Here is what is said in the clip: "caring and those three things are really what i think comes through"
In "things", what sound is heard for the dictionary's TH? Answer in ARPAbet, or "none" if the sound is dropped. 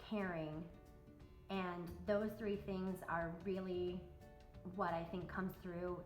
TH